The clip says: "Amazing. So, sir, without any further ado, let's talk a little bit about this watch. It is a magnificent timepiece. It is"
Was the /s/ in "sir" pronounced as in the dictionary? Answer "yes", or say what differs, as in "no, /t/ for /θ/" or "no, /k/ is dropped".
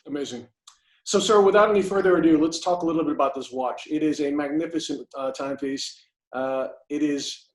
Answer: yes